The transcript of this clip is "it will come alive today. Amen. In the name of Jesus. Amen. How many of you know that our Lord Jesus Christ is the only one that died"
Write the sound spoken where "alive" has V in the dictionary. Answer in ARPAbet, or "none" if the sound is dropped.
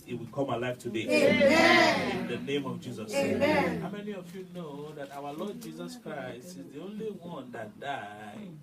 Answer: F